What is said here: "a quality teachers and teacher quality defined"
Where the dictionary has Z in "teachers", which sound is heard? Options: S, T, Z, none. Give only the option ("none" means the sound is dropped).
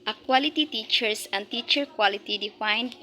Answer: S